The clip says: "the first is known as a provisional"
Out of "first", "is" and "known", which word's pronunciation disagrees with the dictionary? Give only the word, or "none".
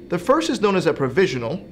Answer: none